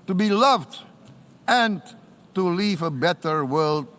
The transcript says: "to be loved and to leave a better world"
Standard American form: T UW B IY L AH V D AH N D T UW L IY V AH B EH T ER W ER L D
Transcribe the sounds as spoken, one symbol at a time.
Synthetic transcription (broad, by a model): T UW B IY L AH V D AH N T UW L IY V AH B EH T ER W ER L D